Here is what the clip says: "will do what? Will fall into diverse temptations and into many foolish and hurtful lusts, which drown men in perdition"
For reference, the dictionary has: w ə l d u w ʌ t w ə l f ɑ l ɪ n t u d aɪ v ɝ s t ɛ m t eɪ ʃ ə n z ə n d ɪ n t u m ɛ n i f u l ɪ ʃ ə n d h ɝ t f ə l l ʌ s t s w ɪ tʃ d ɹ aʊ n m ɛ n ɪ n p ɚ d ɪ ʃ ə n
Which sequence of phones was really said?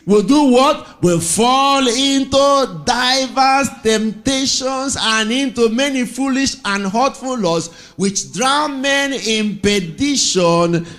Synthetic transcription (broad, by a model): w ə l d u w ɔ t w ə l f ɑ l ɪ n t u d aɪ v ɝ s t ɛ m t eɪ ʃ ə n s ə n ɪ n t u m ɛ n i f u l ɪ ʃ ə n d h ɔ t f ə l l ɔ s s w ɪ tʃ d ɹ aʊ n m ɛ n ɪ n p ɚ d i ʃ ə n